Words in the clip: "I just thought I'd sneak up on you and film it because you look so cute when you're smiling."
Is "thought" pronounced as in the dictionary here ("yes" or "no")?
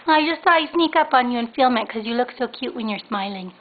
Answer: no